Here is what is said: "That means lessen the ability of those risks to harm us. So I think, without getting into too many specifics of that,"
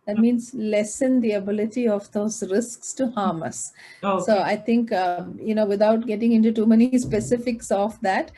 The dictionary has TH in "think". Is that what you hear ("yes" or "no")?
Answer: no